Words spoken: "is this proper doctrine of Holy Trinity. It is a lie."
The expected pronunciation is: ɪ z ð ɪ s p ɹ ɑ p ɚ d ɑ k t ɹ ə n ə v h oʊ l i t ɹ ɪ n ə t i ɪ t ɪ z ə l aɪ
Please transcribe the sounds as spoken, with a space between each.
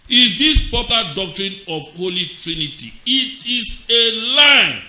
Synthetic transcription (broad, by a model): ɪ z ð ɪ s p ɑ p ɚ d ɑ k t ɹ ə n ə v h oʊ l i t ɹ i n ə t i ɪ t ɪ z ə l aɪ